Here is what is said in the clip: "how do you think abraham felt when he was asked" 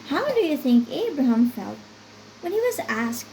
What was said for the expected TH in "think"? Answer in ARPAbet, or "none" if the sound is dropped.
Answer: TH